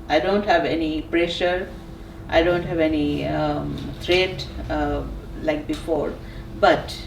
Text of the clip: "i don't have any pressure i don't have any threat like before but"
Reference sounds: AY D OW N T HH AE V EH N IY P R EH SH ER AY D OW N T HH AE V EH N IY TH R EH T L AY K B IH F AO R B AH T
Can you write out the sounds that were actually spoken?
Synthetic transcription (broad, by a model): AY D OW N T HH AE V EH N IY P R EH SH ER AY D OW N T HH AE V EH N IY T R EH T L AY K B IH F AO R B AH T